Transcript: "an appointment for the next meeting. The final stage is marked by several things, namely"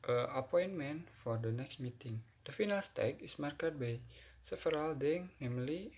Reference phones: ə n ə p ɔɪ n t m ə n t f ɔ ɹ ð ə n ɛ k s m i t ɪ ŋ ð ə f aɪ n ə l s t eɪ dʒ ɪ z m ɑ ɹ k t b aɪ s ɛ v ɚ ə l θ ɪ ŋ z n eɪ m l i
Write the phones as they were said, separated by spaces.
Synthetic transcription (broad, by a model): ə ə p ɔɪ n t m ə n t f ɔ ɹ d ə n ɛ k s m i t ɪ ŋ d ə f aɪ n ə l s t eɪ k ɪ s m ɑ ɹ k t b aɪ s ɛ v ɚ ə l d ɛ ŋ n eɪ m l i